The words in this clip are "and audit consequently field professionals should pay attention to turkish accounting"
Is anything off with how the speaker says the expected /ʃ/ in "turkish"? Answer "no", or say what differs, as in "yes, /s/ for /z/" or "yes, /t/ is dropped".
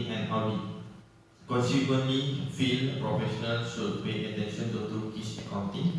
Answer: yes, /s/ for /ʃ/